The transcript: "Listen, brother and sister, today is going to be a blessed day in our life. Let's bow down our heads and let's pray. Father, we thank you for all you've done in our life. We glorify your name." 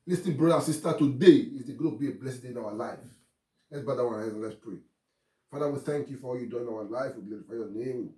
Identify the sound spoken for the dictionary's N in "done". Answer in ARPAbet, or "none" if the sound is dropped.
none